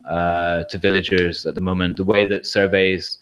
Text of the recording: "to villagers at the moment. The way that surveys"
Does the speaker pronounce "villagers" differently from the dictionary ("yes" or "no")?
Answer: no